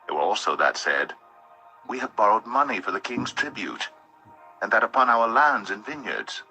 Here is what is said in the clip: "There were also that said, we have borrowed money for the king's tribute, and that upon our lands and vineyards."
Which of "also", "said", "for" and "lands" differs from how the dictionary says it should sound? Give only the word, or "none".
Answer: none